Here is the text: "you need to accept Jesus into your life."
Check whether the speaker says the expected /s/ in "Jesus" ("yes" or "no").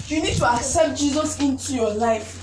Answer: yes